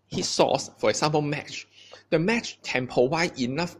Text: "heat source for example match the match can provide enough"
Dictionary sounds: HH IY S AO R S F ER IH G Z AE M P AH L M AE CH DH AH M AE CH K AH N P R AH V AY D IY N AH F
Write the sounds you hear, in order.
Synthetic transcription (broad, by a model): HH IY S AO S F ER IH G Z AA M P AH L M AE CH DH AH M AE CH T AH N P AH W AY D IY N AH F